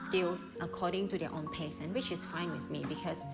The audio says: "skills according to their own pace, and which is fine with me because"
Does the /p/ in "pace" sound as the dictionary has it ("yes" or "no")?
yes